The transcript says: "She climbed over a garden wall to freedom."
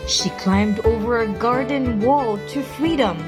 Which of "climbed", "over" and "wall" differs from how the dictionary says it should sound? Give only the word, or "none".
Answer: none